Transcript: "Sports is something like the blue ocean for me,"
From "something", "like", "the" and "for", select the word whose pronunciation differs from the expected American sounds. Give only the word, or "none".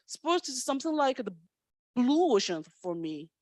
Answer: none